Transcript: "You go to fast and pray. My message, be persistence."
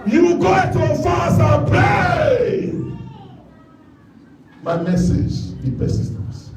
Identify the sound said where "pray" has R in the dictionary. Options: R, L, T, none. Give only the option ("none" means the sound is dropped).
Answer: none